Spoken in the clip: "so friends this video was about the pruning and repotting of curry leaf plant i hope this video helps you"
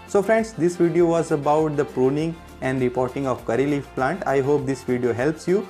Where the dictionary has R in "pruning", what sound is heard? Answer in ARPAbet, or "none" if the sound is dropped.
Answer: R